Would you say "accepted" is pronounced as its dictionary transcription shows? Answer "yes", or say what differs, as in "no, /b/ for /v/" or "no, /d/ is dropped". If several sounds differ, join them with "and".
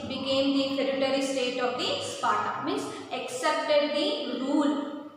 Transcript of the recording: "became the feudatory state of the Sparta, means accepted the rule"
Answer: yes